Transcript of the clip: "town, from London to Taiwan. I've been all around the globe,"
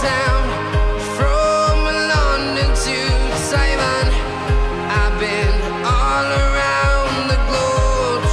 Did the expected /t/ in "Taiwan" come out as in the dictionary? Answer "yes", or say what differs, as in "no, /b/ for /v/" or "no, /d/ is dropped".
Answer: no, /s/ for /t/